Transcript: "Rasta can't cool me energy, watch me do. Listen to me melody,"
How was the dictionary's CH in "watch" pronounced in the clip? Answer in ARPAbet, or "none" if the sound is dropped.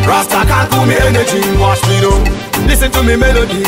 SH